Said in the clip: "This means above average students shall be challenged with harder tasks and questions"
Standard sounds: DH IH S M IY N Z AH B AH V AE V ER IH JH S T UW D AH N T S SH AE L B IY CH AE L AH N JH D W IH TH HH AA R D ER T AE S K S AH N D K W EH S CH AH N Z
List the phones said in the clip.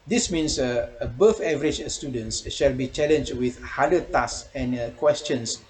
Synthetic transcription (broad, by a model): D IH S M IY N S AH B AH F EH V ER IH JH S T UW D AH N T S SH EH L B IY CH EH L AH N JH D W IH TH HH AA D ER T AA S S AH N K W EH S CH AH N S